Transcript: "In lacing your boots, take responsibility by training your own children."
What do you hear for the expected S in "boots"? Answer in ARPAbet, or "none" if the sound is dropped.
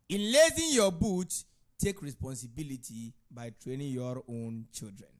none